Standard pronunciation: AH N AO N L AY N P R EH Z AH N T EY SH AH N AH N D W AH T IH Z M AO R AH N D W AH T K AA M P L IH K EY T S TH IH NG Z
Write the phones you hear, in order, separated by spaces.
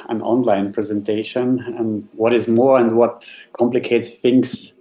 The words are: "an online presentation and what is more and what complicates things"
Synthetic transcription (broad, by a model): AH N AO N L AY N P R EH Z AH N T EY SH AH N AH N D W AH T IH Z M AO R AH N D W AH T K AA M P L IH K EY T S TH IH NG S